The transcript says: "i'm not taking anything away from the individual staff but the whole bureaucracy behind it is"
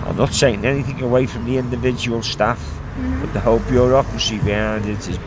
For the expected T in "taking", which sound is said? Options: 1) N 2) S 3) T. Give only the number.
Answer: 2